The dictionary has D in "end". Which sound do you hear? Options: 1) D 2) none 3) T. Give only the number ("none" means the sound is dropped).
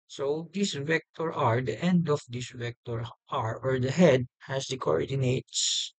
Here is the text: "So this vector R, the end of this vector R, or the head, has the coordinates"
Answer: 1